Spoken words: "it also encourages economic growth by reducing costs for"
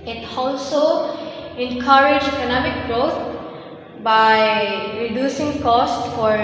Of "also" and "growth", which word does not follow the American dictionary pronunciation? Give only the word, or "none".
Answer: growth